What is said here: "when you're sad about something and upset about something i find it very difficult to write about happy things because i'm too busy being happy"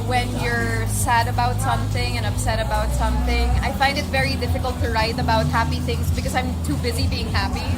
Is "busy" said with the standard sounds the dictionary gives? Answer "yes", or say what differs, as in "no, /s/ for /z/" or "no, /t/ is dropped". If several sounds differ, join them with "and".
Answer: yes